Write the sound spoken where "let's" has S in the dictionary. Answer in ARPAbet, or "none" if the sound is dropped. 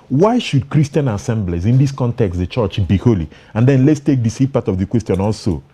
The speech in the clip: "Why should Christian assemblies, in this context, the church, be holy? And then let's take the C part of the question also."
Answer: S